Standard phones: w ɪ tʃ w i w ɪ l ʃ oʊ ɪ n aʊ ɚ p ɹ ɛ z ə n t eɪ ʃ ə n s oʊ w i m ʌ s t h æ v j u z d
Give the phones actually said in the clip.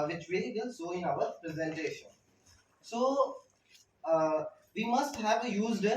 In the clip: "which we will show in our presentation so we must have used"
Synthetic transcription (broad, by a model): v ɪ tʃ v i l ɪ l s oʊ ɪ n aʊ ɚ p ɹ ɛ z ə n t eɪ ʃ ə n s oʊ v i m ʌ s t h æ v j u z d